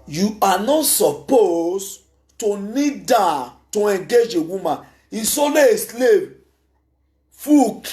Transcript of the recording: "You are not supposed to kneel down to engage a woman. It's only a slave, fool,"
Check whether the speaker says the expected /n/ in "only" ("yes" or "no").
no